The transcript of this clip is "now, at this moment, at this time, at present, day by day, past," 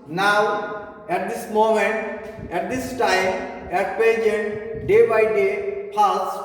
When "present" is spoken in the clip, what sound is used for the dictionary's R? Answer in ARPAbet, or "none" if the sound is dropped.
none